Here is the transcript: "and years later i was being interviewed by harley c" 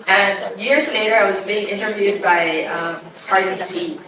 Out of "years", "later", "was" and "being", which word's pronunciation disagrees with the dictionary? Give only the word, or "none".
none